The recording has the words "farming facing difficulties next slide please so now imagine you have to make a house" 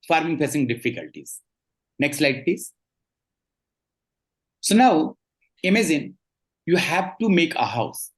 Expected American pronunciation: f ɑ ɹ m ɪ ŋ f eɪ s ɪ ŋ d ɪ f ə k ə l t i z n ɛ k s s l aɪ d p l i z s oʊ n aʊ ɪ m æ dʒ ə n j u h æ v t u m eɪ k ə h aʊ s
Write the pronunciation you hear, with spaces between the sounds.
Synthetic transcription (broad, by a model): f ɑ ɹ m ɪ ŋ p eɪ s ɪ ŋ d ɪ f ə k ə l t i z n ɛ k s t l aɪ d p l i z s oʊ n aʊ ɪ m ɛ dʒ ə n j u h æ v t u m eɪ k ə h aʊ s